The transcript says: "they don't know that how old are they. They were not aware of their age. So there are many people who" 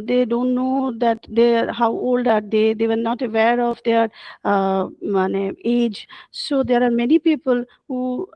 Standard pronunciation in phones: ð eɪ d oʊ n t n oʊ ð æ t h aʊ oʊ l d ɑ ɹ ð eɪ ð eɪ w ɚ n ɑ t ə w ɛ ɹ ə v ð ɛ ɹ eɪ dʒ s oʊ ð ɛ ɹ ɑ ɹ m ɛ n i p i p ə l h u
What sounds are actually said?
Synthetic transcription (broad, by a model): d eɪ d oʊ n t n oʊ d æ t h aʊ oʊ l d ɑ ɹ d eɪ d eɪ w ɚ n ɑ t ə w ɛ ɹ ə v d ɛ ɹ eɪ dʒ s oʊ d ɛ ɹ ɑ ɹ m ɛ n i p i p ə l h u